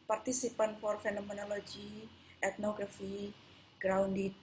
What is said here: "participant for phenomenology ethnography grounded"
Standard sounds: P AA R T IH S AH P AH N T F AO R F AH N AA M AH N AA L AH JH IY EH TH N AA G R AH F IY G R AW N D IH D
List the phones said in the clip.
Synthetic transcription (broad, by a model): P AA R T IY S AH P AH N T F AO R F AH N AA M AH N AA L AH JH IY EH T N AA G R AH F IY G R AW N D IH